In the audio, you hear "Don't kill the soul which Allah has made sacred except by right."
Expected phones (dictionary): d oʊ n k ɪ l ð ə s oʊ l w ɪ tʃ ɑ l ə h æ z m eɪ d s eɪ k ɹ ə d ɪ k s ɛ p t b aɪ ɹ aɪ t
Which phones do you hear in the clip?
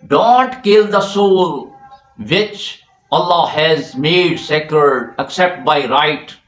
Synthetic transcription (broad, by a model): d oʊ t k ɪ l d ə s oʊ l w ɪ tʃ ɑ l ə h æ z m eɪ d s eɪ k ə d ɪ k s ɛ p t b aɪ ɹ aɪ t